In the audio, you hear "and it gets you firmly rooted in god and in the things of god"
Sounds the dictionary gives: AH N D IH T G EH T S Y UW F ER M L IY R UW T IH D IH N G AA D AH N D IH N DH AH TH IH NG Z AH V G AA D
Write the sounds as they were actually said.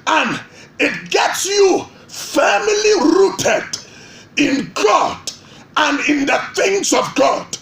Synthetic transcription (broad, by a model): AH N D IH T G EH T S Y UW F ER M L IY R UW T IH D IH N G AA D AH N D IH N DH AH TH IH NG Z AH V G AA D